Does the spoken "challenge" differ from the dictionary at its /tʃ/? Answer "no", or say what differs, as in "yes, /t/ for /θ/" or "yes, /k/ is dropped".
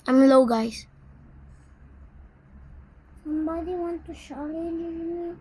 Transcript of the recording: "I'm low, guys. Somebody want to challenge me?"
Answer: yes, /ʃ/ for /tʃ/